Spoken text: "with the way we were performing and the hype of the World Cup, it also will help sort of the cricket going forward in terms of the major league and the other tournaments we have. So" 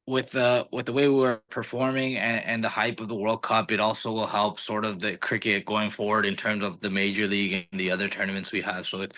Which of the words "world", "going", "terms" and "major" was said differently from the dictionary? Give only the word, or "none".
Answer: none